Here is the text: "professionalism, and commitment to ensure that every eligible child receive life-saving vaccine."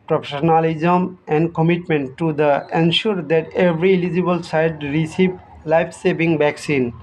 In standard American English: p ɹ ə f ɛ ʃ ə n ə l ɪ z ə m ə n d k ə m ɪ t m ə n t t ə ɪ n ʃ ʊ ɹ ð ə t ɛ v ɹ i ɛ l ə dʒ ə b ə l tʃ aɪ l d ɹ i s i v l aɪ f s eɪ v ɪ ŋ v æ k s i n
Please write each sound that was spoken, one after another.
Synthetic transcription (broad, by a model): p ɹ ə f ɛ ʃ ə n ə l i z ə m ə n d k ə m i t m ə n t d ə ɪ n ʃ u ɹ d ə t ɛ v ɹ i l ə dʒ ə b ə l s aɪ d ɹ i s i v l aɪ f s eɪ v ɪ ŋ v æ k s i n